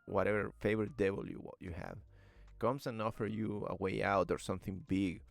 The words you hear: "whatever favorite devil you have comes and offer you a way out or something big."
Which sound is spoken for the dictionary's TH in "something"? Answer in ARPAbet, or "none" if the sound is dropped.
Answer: TH